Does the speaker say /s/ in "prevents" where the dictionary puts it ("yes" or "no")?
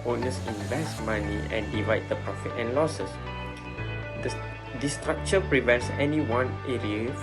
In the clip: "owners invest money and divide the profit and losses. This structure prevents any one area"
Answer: yes